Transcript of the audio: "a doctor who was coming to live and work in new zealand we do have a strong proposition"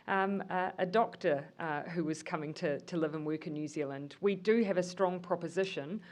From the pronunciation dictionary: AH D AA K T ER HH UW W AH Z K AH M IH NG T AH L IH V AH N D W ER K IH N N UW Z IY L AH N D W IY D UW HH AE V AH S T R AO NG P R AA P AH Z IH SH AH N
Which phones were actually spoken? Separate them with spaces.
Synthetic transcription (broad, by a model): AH D AA K T ER HH UW W AH Z K AH M IH NG T AH L IH V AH N W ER K IH N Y UW Z IY L AH N D W IY D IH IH V AH S T R AO NG P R AA P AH Z IH SH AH N